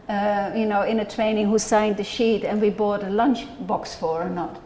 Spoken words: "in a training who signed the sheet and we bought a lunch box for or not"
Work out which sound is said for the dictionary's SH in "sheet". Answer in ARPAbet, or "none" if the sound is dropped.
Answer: SH